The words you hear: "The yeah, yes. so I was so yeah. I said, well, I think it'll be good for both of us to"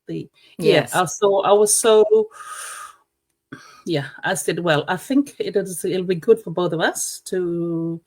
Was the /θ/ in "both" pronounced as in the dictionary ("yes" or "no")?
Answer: yes